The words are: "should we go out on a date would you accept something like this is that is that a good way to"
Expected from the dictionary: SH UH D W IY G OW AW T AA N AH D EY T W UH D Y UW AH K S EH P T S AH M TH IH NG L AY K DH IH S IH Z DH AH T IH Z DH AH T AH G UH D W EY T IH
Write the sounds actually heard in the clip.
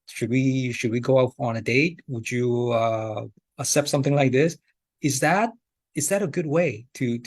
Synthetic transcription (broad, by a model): SH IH D W IY G OW AW T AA N AH D EY T W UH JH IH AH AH S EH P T S AH M TH IH NG L AY K DH IH S IH Z DH AH T IH Z DH AH T AH G UH D W EY T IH